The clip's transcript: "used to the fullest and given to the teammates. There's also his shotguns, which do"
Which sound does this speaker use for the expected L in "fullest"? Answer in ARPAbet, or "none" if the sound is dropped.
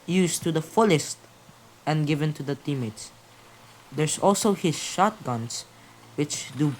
L